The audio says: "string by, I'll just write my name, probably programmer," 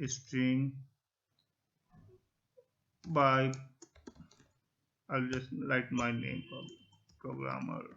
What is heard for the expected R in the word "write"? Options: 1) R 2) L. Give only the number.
2